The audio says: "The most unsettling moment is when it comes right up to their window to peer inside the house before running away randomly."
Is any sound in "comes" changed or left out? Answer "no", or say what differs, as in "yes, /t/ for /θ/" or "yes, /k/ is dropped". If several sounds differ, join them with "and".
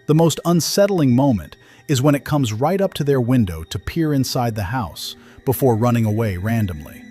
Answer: no